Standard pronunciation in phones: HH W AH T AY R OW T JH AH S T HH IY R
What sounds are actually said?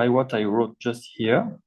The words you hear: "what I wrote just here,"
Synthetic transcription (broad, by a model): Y W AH T AY R OW T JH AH S T HH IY R